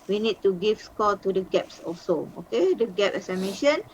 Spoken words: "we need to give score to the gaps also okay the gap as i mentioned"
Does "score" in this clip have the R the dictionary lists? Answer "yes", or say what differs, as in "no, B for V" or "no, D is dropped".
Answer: no, L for R